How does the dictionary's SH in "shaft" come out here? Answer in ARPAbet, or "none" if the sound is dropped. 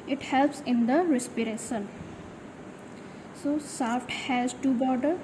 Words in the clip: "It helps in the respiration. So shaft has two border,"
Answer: S